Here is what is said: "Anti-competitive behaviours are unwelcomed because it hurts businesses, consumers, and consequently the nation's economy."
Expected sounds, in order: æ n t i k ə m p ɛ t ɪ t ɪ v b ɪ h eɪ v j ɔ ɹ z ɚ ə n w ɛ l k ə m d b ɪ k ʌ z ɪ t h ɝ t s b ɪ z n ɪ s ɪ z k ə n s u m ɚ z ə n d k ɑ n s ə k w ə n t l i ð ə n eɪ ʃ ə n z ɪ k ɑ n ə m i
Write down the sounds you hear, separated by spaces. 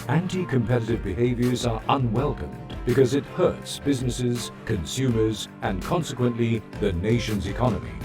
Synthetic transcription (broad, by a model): æ n t i k ə m p ɛ t ɪ t ɪ v b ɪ h eɪ v j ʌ ɹ z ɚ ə n w ɛ l k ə m b ɪ k ʌ z ɪ t h ɝ t s b ɪ z n ɪ s ɪ z k ə n s u m ɚ z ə n k ɑ n s ə k w ə n t l i ð ə n eɪ ʃ ə n z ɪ k ɑ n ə m i